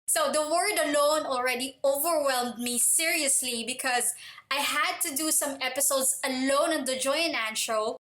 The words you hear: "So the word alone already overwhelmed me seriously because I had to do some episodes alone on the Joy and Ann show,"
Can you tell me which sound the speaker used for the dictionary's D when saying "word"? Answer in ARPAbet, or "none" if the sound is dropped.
D